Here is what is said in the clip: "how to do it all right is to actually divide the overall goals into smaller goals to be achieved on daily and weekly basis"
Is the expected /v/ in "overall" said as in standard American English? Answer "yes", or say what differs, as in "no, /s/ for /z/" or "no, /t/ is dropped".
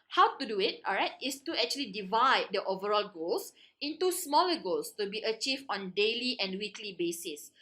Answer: yes